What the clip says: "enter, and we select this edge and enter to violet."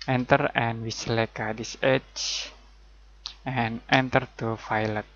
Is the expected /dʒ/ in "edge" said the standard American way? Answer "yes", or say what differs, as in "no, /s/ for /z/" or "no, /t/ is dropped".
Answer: no, /tʃ/ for /dʒ/